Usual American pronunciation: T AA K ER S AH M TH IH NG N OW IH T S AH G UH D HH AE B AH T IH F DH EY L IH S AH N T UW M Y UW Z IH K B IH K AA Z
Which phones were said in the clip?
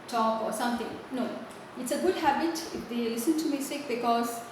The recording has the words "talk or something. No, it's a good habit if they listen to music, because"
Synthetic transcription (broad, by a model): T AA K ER S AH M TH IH NG N OW IH T S AH G UH D HH AE B AH T IH F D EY L IH S AH N T UW M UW S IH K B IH K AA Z